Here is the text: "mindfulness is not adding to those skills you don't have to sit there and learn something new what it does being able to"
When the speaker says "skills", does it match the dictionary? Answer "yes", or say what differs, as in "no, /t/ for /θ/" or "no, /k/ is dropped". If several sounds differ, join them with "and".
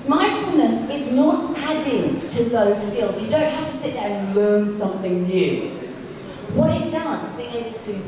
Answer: yes